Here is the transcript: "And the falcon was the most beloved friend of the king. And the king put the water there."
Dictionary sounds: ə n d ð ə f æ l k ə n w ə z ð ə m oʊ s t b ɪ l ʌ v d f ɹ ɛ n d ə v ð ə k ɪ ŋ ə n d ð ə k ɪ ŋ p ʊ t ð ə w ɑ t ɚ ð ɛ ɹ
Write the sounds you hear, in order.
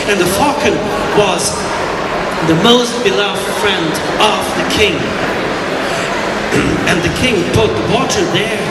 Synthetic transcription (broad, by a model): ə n ð ə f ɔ k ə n w ə z ð ə m oʊ s t b ɪ l ʌ v d f ɹ ɛ n d ə v ð ə k ɪ ŋ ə n ð ə k ɪ ŋ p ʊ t ð ə w ɑ t ɚ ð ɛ ɹ